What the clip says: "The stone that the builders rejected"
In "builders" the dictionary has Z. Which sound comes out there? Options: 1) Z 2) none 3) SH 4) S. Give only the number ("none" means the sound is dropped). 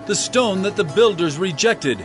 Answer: 1